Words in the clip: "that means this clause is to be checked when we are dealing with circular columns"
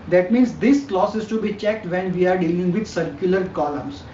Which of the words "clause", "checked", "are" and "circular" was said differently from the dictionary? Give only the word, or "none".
clause